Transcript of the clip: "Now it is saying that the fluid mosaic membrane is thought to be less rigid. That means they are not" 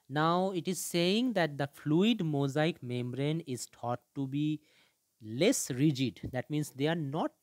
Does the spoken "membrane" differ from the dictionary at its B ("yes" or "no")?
no